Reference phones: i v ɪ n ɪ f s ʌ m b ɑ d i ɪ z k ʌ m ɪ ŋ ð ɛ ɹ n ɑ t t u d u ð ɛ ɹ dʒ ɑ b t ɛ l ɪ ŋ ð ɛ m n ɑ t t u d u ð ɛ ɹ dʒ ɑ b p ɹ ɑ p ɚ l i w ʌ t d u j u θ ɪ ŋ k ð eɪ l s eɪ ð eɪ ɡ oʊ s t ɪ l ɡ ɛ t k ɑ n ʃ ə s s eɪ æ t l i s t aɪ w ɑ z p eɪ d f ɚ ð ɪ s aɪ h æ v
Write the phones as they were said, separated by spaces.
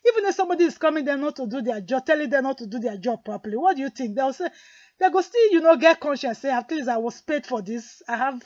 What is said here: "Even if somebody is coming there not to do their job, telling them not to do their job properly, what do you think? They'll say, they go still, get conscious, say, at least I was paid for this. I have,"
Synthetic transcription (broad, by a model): i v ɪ n ɪ f s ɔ m b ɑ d i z k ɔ m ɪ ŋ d ɛ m n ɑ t t u d u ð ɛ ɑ dʒ ɑ b t ɛ l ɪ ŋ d ɛ m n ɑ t t u d u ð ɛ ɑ dʒ ɑ b p ɹ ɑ p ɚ l i w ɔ t d u j u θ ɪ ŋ k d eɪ w s eɪ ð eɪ ɡ oʊ s t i l ɡ ɛ t k ɑ n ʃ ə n s eɪ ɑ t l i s aɪ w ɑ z p eɪ d f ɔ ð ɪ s aɪ h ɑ v